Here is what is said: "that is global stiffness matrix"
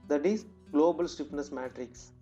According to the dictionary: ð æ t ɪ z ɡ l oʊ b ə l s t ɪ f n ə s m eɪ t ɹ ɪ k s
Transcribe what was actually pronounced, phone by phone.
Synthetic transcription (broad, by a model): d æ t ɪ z ɡ l oʊ b ə l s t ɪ p n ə s m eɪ t ɹ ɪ k s